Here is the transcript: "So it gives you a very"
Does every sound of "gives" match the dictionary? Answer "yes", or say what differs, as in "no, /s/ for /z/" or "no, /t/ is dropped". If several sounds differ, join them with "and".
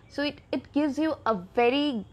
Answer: yes